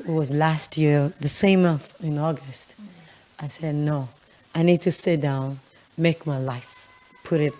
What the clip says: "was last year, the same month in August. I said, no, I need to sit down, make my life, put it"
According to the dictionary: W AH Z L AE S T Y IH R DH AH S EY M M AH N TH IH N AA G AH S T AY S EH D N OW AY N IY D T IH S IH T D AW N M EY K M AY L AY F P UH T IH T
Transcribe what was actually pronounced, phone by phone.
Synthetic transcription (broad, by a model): W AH Z L AE S T Y IH R DH AH S EY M M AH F IH N AA G AH S T AY S EH D N OW AY N IY D T IH S IH T D AW N M EY K M AY L AY F P UH T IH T